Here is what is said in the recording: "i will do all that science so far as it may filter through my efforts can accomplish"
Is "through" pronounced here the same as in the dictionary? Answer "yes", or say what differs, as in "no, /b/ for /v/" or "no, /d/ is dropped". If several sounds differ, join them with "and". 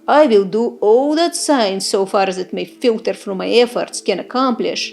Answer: no, /f/ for /θ/